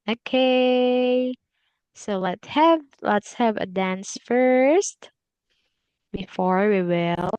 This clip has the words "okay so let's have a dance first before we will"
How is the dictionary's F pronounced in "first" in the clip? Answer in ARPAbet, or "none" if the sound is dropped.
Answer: F